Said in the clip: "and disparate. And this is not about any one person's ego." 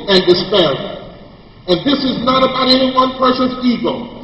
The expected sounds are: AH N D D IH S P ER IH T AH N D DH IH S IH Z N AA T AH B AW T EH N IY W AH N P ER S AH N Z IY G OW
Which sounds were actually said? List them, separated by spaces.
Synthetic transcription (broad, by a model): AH N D D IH S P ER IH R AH N DH IH S IH Z N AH T AH B AW T EH N IY W AH N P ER SH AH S IY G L